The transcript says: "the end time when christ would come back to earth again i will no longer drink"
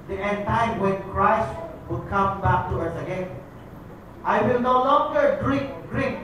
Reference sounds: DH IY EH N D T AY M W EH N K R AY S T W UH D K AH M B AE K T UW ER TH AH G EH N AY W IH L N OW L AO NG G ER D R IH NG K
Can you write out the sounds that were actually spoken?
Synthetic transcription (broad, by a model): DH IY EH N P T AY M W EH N K R AY S T W UH D K AH M B AE K T UW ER S AH G EH N AY W IH L N OW L AO NG G ER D R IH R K